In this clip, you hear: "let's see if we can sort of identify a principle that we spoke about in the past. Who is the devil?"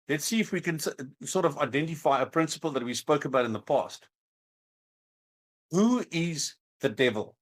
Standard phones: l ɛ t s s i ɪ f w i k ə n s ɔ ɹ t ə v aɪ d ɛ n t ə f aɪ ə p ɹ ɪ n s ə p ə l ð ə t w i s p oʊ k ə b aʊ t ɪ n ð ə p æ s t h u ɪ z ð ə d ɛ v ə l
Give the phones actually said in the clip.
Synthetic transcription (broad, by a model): l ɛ t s s i ɪ f w i k ə n s ɔ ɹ t ə v aɪ d ɛ n t ə f aɪ ə p ɹ ɪ n s ə p ə l ð ə t w i s p oʊ k ə b aʊ t ɪ n ð ə p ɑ s t h u ɪ z ð ə d ɛ v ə l